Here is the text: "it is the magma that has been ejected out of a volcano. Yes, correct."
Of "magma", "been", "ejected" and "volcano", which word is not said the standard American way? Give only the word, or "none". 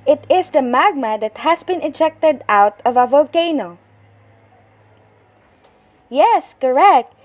none